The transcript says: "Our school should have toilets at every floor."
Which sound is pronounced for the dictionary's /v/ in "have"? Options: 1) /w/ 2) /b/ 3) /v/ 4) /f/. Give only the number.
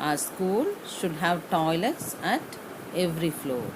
3